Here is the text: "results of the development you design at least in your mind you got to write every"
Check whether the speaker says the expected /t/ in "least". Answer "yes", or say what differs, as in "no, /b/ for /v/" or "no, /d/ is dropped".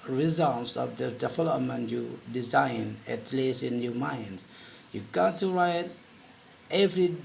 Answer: no, /t/ is dropped